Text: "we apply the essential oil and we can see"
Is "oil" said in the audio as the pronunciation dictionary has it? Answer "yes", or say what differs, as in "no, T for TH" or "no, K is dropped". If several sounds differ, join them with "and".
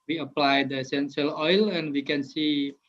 yes